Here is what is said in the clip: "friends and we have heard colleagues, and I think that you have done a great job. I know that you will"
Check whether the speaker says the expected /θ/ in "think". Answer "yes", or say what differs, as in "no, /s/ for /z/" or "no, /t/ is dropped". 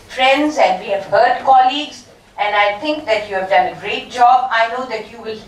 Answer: no, /t/ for /θ/